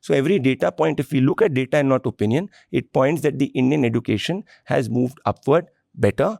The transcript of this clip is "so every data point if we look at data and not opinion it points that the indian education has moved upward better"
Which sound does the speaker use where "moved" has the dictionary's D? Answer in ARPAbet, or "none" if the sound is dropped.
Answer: D